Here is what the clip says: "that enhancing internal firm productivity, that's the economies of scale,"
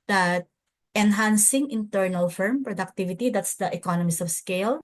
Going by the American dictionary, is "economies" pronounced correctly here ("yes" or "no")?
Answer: no